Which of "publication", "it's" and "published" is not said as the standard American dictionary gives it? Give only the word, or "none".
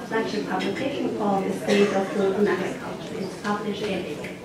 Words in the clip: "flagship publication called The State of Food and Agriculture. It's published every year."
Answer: published